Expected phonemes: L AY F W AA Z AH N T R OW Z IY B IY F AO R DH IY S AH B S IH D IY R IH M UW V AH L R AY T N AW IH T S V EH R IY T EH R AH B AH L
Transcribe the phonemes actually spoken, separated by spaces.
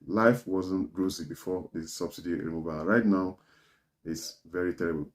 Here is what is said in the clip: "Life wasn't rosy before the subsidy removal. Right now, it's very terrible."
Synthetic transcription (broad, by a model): L AY F W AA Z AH N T R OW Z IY B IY F AO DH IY S AH B S IH D IY R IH M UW V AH N R AY T N AW IH T S V EH R IY T EH R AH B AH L